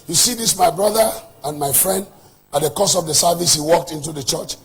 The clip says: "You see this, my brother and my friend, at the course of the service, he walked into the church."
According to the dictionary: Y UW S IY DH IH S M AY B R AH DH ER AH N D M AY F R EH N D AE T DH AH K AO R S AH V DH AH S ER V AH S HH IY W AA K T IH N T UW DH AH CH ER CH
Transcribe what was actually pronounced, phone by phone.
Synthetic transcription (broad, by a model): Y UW S IY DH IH S M AY B R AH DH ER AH N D M AY F R EH N D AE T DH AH K AO S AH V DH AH S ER V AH S HH IY W AA K T IH N T UW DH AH CH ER CH